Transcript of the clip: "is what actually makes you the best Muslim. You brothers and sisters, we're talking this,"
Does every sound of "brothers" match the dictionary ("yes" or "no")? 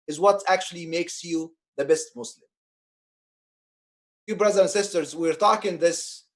no